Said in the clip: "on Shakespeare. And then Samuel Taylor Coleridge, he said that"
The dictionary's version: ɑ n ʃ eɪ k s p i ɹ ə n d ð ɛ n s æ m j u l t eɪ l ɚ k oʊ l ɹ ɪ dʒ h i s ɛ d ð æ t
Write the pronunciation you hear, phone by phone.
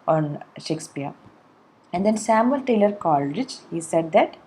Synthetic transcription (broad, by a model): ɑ n ʃ eɪ k s p i ɹ ə n d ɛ n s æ m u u l t eɪ l ɚ k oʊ l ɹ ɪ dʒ h i s ɛ d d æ t